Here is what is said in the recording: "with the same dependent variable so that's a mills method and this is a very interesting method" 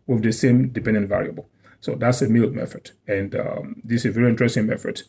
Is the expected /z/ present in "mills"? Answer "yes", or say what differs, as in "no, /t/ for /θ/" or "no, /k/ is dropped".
no, /z/ is dropped